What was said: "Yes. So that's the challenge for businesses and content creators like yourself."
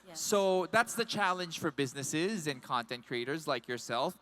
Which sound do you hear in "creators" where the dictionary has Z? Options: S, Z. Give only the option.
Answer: Z